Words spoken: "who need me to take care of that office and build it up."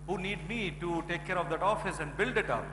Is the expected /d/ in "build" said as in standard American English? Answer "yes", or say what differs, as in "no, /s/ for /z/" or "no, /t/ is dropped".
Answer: yes